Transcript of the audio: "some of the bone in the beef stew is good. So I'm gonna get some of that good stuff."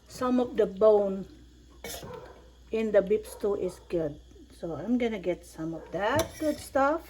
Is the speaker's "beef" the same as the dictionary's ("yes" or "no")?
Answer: no